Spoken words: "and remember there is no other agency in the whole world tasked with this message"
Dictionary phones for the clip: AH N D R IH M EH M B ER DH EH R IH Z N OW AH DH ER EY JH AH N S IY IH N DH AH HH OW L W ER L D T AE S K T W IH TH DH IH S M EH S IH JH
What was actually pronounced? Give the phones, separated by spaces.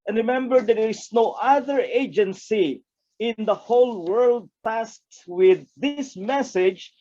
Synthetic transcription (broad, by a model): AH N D R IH M EH M B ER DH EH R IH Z N OW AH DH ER EY JH AH N S IY IH N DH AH HH OW L W ER L D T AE S T W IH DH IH S M EH S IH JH